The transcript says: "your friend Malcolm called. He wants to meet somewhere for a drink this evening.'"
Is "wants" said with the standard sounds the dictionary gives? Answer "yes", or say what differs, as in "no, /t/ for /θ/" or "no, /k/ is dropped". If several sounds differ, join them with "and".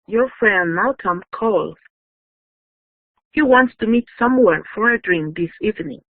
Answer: yes